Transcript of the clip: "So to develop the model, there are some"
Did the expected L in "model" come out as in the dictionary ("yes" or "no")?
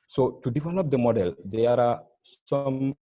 yes